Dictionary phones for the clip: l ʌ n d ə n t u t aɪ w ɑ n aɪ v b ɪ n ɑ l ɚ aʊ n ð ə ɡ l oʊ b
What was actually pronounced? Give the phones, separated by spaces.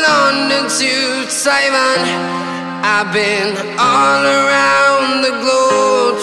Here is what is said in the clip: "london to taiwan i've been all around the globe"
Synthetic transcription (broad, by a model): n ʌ n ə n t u s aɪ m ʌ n aɪ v b ɪ n ɑ l ɚ aʊ n ð ə ɡ l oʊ